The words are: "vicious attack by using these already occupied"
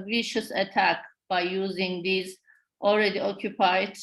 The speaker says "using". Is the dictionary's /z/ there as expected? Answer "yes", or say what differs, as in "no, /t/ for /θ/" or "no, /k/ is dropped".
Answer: yes